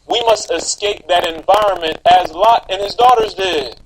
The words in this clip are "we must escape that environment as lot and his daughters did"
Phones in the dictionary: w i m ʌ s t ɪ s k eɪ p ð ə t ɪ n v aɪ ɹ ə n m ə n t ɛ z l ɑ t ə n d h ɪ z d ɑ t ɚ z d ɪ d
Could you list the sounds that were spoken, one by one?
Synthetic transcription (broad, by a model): w i m ʌ s t ɪ s k eɪ p ð ə t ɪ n v aɪ ɹ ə n m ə n t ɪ z l ɑ t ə n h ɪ z d ɑ t ɚ z d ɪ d